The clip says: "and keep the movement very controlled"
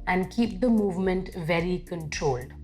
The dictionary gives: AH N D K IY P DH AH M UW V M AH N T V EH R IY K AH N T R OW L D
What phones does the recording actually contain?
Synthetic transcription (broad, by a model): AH N D K IY P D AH M UW V M AH N T V EH R IY K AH N T R OW L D